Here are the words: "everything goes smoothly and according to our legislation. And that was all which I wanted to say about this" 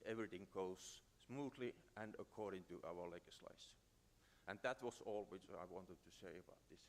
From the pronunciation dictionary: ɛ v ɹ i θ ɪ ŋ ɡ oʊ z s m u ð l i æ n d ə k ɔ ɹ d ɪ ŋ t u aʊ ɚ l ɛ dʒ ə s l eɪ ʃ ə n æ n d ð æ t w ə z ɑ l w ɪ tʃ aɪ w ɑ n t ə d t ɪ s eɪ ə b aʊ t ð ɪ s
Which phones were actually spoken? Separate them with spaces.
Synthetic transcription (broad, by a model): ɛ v ɹ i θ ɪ ŋ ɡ oʊ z s m u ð l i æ n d ə k ɔ ɹ d ɪ ŋ t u aʊ ɚ l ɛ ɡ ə s l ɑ ə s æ n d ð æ t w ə s ɑ l w ɪ tʃ aɪ w ɑ n t ə d t ɪ s eɪ ə b aʊ t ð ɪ s